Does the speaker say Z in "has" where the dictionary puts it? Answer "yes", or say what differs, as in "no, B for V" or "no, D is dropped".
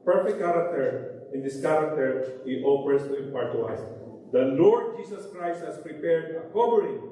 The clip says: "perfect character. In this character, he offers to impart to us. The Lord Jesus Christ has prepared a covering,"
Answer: no, S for Z